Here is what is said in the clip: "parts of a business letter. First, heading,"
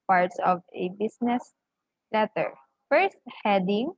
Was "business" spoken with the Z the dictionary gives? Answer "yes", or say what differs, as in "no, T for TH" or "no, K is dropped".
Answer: no, S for Z